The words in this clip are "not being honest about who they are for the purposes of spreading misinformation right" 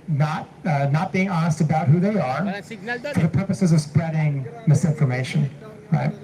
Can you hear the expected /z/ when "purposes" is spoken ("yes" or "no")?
yes